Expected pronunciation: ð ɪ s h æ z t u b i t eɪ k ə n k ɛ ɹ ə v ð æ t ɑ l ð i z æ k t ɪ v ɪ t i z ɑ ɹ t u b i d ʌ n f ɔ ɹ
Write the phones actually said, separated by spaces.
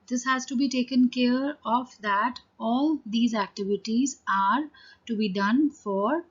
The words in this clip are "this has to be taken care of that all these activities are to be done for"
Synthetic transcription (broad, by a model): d ɪ s h æ z t u b i t eɪ k ə n k ɛ ɹ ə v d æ t ɑ l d i z æ k t ɪ v ɪ t i z ɑ ɹ t u b i d ʌ n f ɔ ɹ